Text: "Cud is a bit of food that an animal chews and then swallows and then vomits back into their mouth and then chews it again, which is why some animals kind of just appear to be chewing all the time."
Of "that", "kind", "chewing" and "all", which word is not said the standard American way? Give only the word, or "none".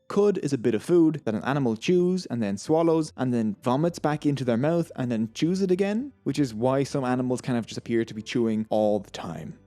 kind